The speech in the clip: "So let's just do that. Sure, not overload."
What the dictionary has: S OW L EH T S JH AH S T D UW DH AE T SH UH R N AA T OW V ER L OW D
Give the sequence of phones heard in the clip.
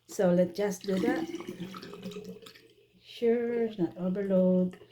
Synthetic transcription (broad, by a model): S OW L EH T JH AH S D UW DH AE T SH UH R N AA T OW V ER L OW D